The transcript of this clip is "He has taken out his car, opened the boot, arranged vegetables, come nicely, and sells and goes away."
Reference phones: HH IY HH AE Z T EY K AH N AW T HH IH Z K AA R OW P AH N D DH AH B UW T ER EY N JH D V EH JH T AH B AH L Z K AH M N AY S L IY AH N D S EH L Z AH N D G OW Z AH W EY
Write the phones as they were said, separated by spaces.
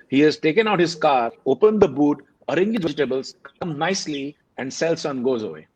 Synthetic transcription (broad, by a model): HH IY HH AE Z T EY K AH N AW T HH IH Z K AA R OW P AH N D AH B UW T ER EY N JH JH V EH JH T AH B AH L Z K AH M N AY S L IY AH N D S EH L S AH N G OW Z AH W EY